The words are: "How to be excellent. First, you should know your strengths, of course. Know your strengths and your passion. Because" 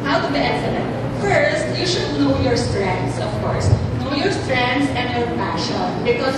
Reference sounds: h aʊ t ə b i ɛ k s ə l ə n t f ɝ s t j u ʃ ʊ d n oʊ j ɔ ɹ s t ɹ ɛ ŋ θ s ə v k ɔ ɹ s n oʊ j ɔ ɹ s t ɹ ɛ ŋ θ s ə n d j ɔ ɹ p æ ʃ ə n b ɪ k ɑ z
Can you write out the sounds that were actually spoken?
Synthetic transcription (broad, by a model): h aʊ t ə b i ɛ s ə n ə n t f ɝ s t j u ʃ ʊ d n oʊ j ɔ ɹ s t ɹ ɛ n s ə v k ɔ ɹ s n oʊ j ɔ ɹ s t ɹ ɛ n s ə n j ɔ ɹ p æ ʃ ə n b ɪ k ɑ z